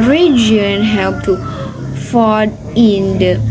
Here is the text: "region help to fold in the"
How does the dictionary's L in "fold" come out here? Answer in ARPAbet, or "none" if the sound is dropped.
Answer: none